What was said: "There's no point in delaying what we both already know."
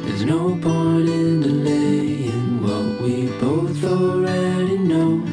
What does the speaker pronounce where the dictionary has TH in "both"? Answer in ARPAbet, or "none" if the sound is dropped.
TH